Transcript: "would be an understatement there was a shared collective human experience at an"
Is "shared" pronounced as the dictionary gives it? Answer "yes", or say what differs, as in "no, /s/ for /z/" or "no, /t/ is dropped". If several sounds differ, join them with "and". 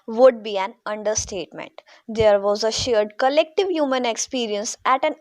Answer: yes